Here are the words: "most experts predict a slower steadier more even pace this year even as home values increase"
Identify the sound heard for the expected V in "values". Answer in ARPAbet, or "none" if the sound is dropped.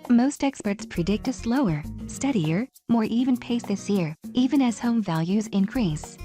V